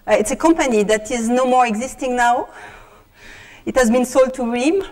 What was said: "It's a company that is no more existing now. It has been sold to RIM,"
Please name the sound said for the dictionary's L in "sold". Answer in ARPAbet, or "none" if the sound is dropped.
L